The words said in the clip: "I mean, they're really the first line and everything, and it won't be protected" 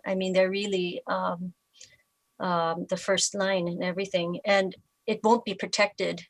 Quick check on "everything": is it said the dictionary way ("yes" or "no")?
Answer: yes